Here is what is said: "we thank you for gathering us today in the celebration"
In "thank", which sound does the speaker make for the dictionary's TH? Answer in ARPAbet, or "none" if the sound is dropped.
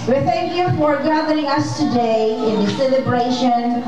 TH